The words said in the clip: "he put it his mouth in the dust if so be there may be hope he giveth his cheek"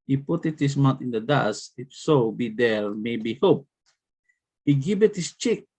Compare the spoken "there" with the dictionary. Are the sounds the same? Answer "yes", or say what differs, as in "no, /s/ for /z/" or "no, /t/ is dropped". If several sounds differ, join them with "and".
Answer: no, /l/ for /ɹ/